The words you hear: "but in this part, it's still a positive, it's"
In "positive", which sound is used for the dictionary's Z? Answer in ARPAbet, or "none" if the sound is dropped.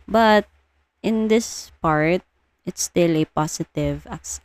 S